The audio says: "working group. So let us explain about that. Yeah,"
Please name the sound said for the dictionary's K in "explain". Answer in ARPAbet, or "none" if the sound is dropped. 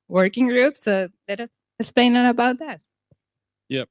none